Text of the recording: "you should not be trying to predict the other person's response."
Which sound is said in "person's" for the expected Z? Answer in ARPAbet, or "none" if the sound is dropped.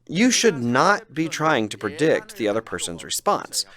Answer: Z